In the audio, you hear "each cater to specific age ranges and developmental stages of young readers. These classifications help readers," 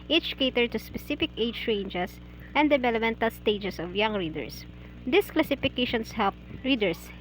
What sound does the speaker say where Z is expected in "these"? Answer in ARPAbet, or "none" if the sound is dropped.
S